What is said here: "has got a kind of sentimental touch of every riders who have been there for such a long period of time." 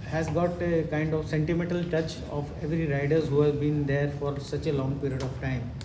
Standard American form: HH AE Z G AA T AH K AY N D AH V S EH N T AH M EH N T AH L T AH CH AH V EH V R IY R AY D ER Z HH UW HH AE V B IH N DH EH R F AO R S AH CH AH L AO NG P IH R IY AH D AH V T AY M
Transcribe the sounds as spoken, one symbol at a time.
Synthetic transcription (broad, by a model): HH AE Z G AA T AH K AY N D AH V S EH N T AH M EH N T AH L T AH CH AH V EH V R IY R AY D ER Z HH UW HH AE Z B IH N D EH R F AO R S AH CH AH L AO NG P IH R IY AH D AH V T AY M